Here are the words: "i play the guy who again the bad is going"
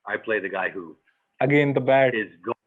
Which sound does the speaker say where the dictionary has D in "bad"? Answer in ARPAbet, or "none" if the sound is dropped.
none